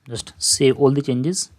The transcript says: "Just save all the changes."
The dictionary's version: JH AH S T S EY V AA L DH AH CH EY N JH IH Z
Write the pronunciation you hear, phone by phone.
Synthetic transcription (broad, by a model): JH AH S T S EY AA L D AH CH EY N JH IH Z